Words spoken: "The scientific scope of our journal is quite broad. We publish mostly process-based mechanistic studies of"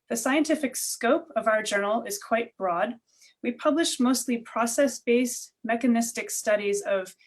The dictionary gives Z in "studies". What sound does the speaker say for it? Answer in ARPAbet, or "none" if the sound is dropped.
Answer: Z